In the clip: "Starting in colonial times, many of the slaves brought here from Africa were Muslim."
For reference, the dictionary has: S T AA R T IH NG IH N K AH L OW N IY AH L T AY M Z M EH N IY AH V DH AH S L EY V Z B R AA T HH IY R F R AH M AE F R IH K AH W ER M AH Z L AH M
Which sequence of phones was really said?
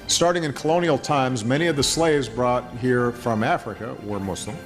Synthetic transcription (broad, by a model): S T AA R T IH NG IH N K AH L OW N IY L T AY M Z M EH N IY AH V DH AH S L EY V Z B R AA T HH IY R F R AH M AE F R IH K AH W ER M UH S L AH M